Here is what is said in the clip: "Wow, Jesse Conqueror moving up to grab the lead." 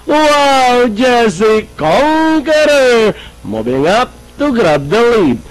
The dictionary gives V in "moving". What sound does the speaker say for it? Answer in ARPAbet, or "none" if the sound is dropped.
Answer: B